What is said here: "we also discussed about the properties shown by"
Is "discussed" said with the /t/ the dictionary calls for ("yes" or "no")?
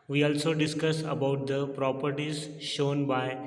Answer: no